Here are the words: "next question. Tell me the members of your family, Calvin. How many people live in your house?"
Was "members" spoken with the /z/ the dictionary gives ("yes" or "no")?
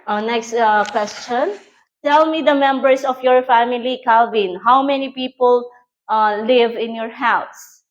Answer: no